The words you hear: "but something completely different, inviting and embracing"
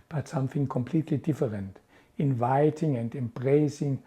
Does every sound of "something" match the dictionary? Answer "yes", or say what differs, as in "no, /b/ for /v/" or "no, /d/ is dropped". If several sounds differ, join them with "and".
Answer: no, /f/ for /θ/